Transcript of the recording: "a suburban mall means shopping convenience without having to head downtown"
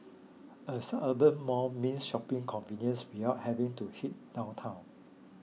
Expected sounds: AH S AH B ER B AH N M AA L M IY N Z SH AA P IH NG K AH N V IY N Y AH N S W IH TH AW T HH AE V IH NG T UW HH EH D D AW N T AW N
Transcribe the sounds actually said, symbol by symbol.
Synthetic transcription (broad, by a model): AH S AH ER B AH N M AA M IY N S SH AA P IH NG K AH N V IY N Y AH N S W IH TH AW T HH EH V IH NG T UW HH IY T D AW N T AW N